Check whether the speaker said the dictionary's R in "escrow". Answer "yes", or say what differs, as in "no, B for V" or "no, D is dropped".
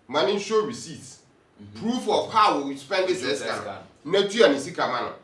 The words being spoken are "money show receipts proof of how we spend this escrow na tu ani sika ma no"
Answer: no, R is dropped